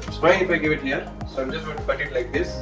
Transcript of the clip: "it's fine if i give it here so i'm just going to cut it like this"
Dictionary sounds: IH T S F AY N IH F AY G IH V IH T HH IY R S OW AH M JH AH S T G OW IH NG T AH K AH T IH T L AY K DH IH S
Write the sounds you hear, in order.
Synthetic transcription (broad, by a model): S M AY IH F AY G IH V IH T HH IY R S OW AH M JH AH S T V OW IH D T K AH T IH T L AY K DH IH S